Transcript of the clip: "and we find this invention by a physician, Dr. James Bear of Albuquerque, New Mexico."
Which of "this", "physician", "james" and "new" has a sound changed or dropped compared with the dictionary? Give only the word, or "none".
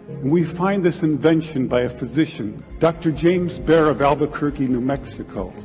none